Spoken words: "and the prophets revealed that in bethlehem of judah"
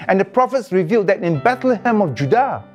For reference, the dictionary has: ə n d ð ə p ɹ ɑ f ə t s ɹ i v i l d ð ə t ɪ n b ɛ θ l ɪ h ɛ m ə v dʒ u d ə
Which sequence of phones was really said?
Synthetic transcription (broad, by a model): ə n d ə p ɹ ɑ f ə t s ɹ i v i l d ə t ɪ n b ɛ t l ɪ h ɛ m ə f dʒ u d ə